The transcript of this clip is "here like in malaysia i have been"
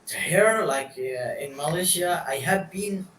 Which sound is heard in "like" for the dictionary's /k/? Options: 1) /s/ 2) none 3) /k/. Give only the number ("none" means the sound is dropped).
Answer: 3